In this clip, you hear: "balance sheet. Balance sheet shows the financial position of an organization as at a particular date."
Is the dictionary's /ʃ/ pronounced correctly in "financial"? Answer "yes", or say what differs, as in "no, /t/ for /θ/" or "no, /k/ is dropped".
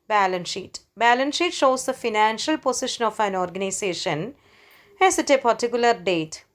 yes